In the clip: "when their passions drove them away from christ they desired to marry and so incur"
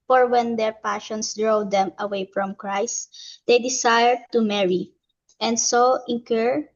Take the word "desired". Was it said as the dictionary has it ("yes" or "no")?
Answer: no